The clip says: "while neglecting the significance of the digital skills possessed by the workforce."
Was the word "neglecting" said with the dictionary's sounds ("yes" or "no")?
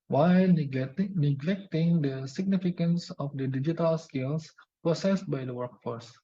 yes